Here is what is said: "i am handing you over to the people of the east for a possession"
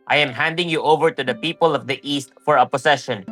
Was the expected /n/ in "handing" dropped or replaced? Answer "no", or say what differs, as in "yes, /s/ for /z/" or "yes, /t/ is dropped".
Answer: no